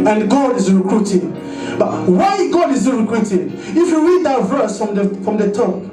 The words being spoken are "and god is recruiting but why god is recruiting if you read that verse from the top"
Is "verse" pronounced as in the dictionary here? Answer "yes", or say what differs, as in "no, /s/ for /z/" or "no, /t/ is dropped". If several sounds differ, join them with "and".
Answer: yes